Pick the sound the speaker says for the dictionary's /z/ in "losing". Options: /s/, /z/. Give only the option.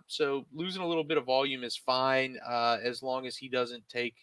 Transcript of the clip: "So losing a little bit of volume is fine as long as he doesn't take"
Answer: /z/